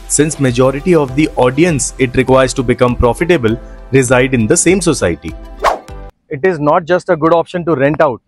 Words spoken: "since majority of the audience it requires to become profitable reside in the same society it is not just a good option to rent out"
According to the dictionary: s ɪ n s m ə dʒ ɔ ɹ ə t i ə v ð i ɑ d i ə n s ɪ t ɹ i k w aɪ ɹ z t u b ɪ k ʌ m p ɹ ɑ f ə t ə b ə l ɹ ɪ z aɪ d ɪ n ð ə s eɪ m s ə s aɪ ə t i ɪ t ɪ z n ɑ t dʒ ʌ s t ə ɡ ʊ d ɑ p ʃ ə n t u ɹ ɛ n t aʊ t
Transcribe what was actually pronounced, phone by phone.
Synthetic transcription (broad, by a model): s ɪ n s m ə dʒ ɔ ɹ ə t i ə v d i ɑ d i ə n s ɪ t ɹ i k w aɪ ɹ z t u b ɪ k ʌ m p ɹ ɑ f ə t ə b ə l ɹ ɪ z aɪ d ɪ n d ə s eɪ m s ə s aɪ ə t i ɪ t ɪ z n ɑ t dʒ ʌ s t ə ɡ ʊ d ɑ p ʃ ə n t u ɹ ɛ n t aʊ t